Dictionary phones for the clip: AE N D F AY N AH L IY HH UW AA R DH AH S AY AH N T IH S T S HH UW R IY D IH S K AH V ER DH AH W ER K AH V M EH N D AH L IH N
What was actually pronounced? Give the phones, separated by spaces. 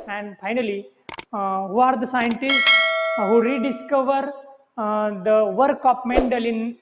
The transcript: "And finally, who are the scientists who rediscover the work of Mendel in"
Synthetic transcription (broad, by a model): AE N D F AY N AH L IY HH UW AA R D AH S AY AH N T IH S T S HH UW R IY D IH S K AH V ER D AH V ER K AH P M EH N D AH L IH N